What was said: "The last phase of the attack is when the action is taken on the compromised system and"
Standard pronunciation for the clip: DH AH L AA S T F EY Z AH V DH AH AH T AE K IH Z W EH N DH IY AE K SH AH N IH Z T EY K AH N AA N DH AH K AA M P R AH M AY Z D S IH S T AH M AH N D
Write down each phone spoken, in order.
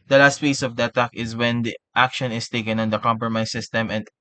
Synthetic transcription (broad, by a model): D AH L AA S T P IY S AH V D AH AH T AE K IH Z W EH N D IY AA K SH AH N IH S T EY K AH N AA N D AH K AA M P R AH M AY S IH S T AH M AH N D